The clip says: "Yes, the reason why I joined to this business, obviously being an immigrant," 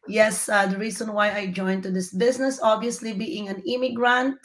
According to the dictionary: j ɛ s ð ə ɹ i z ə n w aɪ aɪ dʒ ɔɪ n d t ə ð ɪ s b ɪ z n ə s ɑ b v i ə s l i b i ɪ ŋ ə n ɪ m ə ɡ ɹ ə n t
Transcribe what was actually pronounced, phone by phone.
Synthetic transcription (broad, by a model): j ɛ s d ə ɹ i s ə n w aɪ aɪ dʒ ɔɪ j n t ə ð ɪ s b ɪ s n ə s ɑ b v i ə s l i b i ɪ ŋ ə n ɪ m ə ɡ ɹ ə n t